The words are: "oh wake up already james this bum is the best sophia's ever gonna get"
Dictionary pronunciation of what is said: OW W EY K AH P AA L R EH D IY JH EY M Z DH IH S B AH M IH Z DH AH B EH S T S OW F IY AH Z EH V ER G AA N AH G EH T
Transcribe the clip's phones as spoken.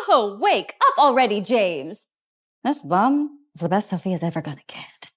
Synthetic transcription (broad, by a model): OW W EY K AH P L R EH D IY JH EY M Z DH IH S B AH M IH Z DH AH B EH S T S OW F IY AH Z EH V ER G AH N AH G EH T